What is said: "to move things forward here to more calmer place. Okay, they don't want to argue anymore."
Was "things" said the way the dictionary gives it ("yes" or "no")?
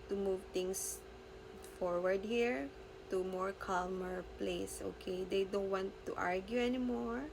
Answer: no